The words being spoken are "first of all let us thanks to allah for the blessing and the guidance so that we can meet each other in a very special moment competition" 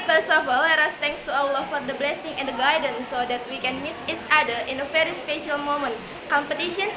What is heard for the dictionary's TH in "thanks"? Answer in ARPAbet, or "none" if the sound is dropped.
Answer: T